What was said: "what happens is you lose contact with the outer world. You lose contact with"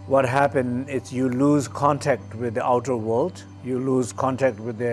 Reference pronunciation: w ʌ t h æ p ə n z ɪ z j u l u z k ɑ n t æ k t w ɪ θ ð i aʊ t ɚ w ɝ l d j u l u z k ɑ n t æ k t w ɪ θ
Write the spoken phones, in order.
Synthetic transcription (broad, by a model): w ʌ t h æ p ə n ɪ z j u l u z k ɑ n t æ k t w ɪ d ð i aʊ t ɚ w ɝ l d j u l u z k ɑ n t æ k t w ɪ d